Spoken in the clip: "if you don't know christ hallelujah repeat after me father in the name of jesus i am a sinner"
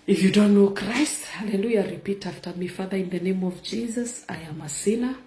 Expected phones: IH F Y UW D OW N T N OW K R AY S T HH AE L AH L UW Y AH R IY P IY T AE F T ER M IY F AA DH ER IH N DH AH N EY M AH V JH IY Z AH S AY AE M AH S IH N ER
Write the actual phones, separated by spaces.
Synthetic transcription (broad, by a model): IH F Y UW D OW N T N OW K R AY S T HH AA L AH L UW Y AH R IY P IY T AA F T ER M IY F AA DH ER IH N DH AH N EY M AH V JH IY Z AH S AY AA M AH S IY N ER